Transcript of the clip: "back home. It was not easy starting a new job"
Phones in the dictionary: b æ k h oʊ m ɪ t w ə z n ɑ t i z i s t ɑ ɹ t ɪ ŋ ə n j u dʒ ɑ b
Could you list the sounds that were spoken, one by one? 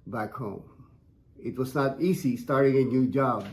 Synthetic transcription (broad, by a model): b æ k h oʊ m ɪ t w ə z n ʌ t i z i s t ɑ ɹ t ɪ ŋ ə n j u dʒ ɑ b